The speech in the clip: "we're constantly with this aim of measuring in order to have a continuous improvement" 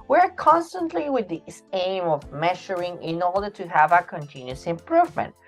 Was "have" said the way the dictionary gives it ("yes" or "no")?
yes